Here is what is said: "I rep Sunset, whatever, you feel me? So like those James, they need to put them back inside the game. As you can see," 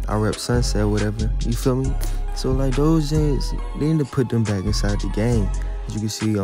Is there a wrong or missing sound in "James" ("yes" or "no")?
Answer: yes